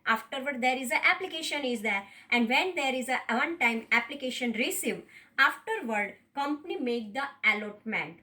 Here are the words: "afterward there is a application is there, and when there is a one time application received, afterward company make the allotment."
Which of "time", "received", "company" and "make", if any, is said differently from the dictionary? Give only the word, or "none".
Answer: received